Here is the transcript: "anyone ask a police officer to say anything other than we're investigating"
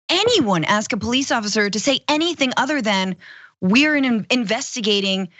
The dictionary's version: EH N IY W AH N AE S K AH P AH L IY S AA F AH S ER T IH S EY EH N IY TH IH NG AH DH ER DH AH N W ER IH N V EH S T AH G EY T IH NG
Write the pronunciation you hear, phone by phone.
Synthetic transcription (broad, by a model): EH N IY W AH N AE S K AH P AH L IY S AA F AH S ER T IH S EY EH N IY TH IH NG AH DH ER DH AH N W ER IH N V EH S T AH G EY T IH NG